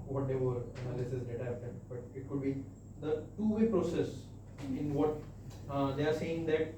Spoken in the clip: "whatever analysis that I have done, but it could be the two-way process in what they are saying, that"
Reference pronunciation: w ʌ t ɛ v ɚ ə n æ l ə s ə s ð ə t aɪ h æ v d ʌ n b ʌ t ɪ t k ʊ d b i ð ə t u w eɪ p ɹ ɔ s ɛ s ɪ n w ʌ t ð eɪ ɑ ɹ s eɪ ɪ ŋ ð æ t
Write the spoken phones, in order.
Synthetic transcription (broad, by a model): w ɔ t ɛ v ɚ ə n æ l ə s ə s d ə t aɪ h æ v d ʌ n b ʌ t ɪ t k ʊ d b i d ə t u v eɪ p ɹ ɔ s ɛ s ɪ n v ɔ t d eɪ ɑ ɹ s eɪ ɪ ŋ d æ t